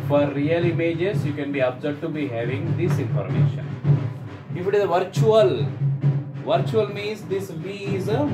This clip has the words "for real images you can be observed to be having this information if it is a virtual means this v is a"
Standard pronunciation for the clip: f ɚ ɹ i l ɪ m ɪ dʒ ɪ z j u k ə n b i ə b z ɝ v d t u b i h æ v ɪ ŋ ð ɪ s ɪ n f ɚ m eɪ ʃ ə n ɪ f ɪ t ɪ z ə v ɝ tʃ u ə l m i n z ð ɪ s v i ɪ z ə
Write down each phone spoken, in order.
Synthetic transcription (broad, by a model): f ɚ ɹ i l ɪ m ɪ dʒ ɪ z j u k ə n b i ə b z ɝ d t u b i h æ v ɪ ŋ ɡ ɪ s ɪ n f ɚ m eɪ ʃ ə n ɪ f ɪ t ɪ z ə v ɝ tʃ u ə l m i n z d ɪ s v i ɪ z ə